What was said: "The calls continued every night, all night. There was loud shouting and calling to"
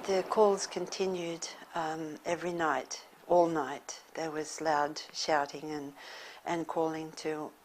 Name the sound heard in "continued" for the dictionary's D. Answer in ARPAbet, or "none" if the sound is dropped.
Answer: D